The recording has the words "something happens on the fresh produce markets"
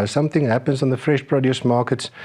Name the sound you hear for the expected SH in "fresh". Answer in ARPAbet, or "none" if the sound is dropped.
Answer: SH